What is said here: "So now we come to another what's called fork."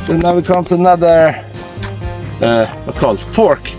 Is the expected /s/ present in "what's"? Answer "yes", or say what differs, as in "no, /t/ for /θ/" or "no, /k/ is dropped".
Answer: no, /s/ is dropped